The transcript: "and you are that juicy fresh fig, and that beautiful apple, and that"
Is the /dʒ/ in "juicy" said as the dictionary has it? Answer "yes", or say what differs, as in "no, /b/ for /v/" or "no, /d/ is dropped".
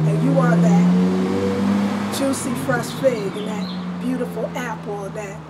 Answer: no, /tʃ/ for /dʒ/